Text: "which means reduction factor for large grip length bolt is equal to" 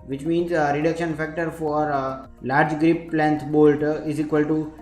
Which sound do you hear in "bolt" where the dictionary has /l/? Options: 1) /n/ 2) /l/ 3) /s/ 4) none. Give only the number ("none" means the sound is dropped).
2